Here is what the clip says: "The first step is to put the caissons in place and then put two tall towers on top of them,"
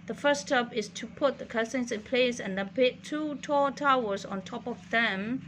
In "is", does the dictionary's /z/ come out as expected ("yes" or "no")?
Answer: no